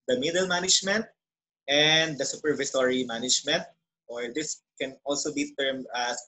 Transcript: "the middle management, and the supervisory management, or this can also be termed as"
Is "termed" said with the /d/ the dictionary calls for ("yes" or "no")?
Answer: no